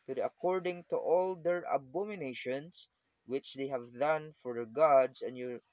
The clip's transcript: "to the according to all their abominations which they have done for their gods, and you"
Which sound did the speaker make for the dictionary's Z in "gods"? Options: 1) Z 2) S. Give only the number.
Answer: 2